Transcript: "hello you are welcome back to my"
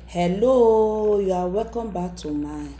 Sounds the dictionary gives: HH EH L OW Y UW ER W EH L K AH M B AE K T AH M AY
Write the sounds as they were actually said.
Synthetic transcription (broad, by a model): HH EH L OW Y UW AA W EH K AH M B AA T AH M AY